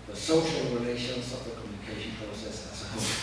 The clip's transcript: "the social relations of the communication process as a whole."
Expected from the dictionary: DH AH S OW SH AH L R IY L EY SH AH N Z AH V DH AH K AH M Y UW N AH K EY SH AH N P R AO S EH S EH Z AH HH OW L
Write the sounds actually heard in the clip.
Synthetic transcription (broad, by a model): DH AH S OW SH AH L R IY L EY SH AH N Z AH V DH AH K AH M Y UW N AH K EY SH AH N P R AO UH S EH S AH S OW